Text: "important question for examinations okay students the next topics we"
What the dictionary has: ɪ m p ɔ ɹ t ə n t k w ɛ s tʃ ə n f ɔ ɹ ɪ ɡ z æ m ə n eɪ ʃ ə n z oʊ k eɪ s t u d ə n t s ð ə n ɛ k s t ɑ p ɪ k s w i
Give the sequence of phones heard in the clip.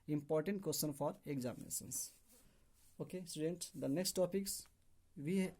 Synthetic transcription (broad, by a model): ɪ m p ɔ ɹ t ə n t k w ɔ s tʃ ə n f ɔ ɹ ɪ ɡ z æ m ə n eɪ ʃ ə n s oʊ k eɪ s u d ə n t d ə n ɛ k s t ɑ p ɪ k s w i